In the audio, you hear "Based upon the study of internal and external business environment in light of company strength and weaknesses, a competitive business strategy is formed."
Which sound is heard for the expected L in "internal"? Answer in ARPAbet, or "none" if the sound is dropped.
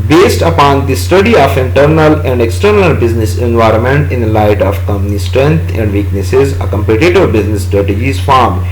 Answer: L